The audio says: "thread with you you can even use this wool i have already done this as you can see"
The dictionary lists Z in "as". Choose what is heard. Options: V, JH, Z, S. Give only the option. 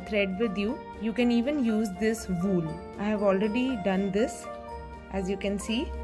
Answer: Z